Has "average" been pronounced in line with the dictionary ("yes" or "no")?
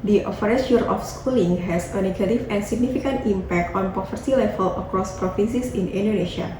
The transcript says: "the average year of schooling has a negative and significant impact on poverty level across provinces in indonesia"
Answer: no